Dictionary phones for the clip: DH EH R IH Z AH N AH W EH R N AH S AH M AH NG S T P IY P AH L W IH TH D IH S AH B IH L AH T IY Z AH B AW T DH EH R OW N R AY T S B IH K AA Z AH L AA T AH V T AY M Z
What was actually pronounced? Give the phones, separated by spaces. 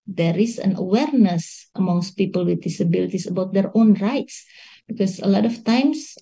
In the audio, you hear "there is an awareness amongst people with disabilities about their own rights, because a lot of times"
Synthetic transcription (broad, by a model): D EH R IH S AH N AH W EH R N AH S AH M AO NG S T P IY P AH L W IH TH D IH S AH B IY L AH T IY S AH B AW T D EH R OW N R AY T S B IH K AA S AH L AA T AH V T AY M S